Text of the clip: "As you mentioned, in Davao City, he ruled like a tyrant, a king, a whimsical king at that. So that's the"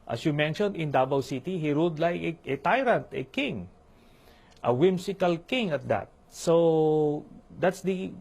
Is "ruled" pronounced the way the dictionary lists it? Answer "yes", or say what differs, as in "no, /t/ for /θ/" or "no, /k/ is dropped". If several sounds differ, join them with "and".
no, /l/ is dropped